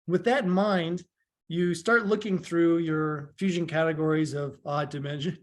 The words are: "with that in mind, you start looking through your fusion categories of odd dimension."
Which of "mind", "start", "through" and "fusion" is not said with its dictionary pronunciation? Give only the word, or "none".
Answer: none